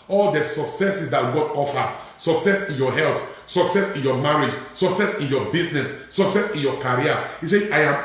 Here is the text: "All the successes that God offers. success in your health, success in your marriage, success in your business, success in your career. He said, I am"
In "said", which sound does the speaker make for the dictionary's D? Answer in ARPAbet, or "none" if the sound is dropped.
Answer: none